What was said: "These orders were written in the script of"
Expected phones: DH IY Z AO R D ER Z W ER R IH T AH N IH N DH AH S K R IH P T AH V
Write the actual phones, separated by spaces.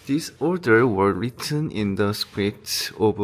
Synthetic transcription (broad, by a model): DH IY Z AO R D ER W ER R IH T AH N IH N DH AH S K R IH T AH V